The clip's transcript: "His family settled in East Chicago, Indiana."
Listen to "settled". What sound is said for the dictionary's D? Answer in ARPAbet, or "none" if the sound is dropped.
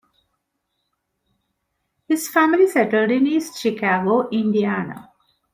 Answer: D